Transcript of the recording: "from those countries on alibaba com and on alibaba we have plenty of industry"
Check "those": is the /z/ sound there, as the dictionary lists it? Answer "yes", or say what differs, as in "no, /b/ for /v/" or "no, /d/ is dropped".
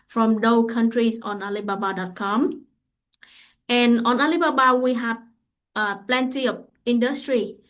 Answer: no, /z/ is dropped